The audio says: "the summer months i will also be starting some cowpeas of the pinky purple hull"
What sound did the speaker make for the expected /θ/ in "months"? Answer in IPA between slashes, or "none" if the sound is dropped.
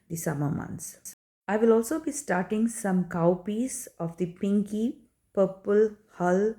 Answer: /s/